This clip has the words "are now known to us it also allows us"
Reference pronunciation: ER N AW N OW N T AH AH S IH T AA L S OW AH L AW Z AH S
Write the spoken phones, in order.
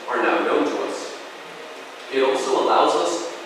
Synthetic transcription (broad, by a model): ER N AW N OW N T AH AH S IH T AA L S OW AH L AW Z AH S